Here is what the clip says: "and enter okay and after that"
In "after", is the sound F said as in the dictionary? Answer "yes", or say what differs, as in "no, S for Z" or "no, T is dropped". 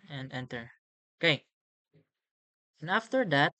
yes